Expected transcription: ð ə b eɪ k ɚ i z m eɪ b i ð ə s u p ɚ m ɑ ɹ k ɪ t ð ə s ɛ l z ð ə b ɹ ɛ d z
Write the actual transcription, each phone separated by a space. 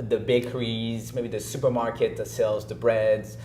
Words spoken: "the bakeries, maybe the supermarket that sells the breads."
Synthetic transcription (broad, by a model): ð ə b eɪ k ɚ i z m eɪ b i ð ə s u p ɚ m ɑ ɹ k ɪ t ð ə s ɛ l z ð ə b ɹ ɛ d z